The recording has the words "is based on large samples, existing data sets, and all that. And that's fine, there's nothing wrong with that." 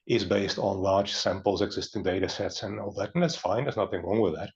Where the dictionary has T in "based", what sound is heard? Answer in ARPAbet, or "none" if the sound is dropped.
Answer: T